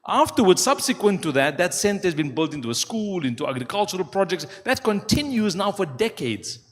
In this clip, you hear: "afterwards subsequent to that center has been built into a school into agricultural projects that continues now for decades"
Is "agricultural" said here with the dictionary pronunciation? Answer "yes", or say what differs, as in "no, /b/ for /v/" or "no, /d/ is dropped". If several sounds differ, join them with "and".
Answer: yes